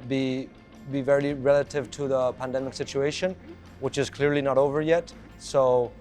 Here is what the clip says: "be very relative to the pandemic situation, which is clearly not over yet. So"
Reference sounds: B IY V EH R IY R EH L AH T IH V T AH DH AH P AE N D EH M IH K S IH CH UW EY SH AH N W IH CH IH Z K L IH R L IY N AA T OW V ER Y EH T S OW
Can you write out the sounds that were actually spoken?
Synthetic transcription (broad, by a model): B IY V EH R IY R EH L AH T IH V T AH DH AH P AE N D EH M IH K S IH CH UW EY SH AH N W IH CH IH Z K L IH R L IY N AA T OW V ER Y EH T S OW